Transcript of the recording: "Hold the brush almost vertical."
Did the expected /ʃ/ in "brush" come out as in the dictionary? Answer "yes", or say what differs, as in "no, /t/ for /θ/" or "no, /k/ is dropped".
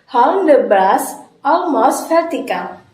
no, /s/ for /ʃ/